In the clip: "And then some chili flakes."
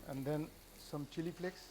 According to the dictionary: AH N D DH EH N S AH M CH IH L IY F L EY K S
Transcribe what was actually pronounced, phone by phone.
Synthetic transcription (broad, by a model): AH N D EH N S AH M CH IH L IY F L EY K S